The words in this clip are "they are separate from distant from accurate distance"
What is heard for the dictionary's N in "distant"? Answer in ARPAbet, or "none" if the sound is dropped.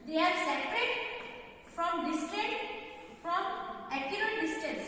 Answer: none